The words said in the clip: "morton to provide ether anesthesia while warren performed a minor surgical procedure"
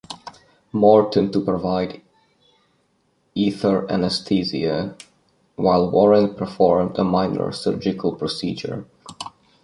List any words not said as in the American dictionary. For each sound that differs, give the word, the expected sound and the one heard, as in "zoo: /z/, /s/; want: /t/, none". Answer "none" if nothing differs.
anesthesia: /θ/, /t/; anesthesia: /ʒ/, /z/